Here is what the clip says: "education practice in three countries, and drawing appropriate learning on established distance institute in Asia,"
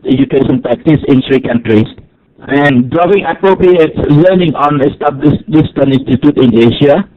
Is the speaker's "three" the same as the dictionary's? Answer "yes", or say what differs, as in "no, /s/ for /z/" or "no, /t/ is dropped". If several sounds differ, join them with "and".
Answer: no, /s/ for /θ/